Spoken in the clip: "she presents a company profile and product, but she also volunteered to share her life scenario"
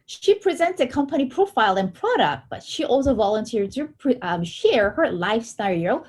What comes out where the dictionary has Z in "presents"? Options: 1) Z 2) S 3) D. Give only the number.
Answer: 1